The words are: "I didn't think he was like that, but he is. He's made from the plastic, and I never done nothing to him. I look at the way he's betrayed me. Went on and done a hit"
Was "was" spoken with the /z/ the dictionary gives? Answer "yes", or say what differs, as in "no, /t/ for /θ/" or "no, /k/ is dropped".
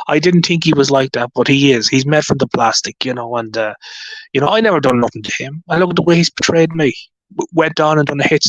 yes